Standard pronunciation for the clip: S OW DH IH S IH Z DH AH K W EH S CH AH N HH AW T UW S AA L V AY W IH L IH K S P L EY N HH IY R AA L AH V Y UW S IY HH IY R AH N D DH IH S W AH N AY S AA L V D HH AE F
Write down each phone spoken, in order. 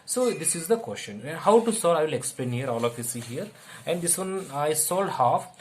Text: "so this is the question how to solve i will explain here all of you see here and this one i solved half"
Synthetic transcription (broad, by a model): S OW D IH S IH Z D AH K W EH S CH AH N HH AW T UW S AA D AY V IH L IH K S P L EY N HH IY R AA L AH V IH S IY HH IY R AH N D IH S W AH N AY S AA L D HH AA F